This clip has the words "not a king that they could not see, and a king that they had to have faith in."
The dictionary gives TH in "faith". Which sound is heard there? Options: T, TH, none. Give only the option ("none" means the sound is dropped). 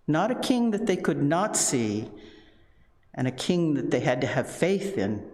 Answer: TH